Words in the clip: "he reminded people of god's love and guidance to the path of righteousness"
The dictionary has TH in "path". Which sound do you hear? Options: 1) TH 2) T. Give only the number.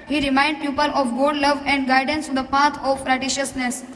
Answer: 2